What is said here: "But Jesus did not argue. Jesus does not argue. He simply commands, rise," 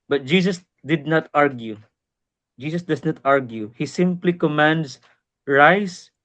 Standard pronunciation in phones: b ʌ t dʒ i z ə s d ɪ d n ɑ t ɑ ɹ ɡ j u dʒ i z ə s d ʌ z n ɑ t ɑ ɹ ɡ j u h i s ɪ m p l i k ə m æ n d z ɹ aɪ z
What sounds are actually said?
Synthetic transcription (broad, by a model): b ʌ t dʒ i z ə s d ɪ d n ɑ t ɑ ɹ ɡ j u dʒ i s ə s d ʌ s n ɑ t ɑ ɹ ɡ j u h i s ɪ m p l i k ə m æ n d s ɹ aɪ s